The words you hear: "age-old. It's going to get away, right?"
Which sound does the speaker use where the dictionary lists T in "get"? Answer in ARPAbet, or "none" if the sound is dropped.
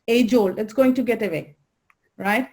T